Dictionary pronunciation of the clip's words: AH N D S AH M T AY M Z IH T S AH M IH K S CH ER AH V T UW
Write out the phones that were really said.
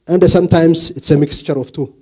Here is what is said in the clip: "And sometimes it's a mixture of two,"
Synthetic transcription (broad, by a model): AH N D S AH M T AY M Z IH T S AH M IH K S CH ER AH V T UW